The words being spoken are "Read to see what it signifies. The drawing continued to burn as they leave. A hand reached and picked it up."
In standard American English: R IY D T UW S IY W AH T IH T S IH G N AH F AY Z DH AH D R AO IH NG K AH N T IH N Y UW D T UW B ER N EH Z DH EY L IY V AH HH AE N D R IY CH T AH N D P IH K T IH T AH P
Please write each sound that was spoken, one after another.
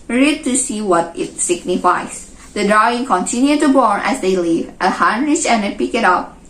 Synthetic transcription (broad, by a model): R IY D T UW S IY W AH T IH T S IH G N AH F AY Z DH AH D R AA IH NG K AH N T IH N Y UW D T UW B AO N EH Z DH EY L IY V AH HH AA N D R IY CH AH N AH P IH K IH T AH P